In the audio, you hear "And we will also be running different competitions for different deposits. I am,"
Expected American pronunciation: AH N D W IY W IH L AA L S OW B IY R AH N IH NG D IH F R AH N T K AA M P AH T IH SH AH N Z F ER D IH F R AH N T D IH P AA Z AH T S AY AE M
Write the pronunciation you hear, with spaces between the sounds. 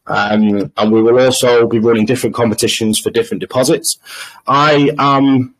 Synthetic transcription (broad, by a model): AH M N W IY W IH L AA L S OW B IY R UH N IH NG D IH F R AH N K AA M P AH T IH SH AH N Z F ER D IH F R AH N D IH P AA Z AH T S AY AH M